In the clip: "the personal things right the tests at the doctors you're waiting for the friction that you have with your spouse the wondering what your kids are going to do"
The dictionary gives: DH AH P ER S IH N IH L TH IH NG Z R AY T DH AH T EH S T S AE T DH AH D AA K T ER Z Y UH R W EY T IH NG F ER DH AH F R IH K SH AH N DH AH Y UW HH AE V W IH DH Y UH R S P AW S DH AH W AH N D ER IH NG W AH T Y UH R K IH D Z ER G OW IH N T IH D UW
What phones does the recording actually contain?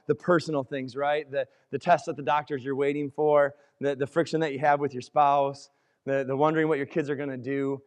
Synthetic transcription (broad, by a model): DH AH P ER S N L TH IH NG Z R AY T DH AH T EH S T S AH T DH AH D AA K T ER Z Y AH R W EY T IH NG F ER DH AH F R IH K SH AH N DH AH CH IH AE V W IH DH Y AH R S P AW S DH AH W AH N D ER IH NG W AH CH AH R K IH D Z ER G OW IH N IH D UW